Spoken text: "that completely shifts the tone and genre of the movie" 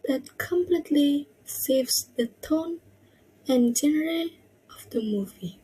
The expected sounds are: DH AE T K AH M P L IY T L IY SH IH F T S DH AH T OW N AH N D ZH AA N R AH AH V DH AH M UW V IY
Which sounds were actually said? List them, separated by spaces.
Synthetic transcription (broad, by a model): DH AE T K AH M P L IY T L IY S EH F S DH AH T OW N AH N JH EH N R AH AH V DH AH M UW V IY